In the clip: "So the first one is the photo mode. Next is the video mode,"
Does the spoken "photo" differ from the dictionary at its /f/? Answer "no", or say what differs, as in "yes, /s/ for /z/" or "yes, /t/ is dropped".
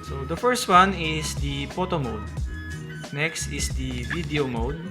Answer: yes, /p/ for /f/